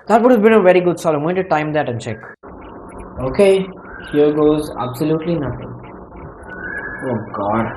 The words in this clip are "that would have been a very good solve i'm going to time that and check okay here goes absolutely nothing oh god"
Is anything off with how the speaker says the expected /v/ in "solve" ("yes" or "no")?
yes